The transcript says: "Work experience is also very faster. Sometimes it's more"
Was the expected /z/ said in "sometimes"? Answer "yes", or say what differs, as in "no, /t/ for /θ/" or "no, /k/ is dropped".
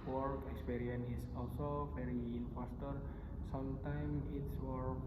no, /z/ is dropped